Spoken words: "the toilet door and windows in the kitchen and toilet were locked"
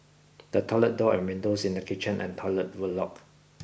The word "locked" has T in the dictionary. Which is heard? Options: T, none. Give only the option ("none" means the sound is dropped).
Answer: none